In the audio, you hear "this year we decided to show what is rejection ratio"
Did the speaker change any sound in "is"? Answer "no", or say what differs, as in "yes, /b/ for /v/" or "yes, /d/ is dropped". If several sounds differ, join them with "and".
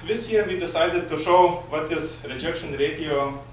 yes, /s/ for /z/